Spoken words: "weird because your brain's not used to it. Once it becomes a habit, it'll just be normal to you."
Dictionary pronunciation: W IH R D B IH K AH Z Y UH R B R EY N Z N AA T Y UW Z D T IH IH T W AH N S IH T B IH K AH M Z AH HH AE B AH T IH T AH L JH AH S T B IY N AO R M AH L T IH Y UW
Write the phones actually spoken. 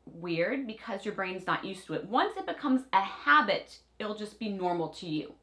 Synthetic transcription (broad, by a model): W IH R D B IH K AH Z Y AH R B R EY N Z N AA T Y UW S T IH IH T W AH N S IH T B IH K AH M Z AH HH AE B AH T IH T L JH AH S B IY N AO R M L T IH Y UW